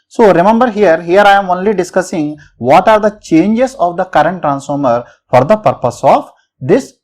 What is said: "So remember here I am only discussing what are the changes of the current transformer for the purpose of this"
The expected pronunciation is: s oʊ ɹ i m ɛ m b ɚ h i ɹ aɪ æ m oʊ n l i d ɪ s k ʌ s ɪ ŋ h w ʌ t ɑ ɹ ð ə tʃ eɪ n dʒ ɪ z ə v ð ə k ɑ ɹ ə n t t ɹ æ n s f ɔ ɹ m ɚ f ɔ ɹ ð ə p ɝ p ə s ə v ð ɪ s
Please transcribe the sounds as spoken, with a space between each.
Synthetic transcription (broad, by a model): s oʊ ɹ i m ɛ m b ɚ h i ɹ aɪ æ m oʊ n l i d ɪ s k ʌ s ɪ ŋ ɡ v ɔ t ɑ ɹ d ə tʃ eɪ n dʒ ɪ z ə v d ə k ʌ ɹ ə n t t ɹ æ n s f ɔ ɹ m ɚ f ɔ ɹ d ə p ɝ p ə s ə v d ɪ s